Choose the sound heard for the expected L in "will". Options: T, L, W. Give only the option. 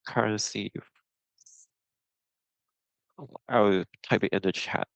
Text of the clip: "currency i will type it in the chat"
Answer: W